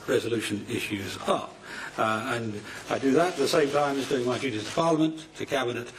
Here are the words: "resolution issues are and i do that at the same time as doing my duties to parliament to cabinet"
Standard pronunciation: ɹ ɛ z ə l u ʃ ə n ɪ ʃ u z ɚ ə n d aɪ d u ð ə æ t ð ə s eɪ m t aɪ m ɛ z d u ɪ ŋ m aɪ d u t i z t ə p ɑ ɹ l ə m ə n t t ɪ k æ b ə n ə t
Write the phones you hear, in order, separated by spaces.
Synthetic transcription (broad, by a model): ɹ ɛ z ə l u ʃ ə n ɪ ʃ u z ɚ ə n aɪ d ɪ ð ə t ð ə s eɪ m t aɪ m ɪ z d u ɪ ŋ m aɪ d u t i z t ə p ɑ ɹ l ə m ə n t t ɪ k æ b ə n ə t